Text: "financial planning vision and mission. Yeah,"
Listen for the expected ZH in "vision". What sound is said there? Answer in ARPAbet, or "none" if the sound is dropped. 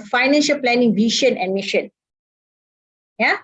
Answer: SH